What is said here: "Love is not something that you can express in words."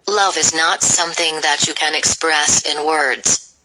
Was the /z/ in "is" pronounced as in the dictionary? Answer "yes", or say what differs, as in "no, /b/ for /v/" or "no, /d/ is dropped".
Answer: yes